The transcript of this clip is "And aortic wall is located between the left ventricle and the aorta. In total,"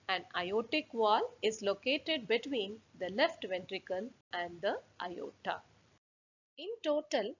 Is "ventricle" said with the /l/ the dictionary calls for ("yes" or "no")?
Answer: no